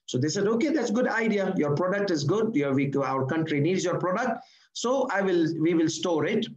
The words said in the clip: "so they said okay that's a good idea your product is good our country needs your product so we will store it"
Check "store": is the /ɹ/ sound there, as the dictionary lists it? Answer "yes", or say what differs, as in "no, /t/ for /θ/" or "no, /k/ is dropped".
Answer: yes